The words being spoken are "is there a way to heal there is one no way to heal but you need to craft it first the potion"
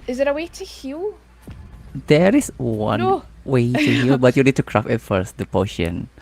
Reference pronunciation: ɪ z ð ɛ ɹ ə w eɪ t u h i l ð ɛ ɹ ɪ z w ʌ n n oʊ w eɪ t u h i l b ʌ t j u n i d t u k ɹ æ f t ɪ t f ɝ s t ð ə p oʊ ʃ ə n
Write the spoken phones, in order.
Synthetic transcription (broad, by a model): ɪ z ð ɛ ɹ ə w eɪ t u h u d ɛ ɹ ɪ s w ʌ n n oʊ w eɪ t u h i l b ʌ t j u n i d t u k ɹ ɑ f ɪ t f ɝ s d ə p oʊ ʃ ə n